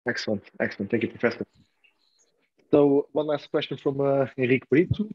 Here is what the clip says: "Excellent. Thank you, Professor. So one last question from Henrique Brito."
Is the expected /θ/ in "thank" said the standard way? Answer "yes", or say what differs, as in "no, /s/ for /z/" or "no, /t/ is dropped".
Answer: no, /t/ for /θ/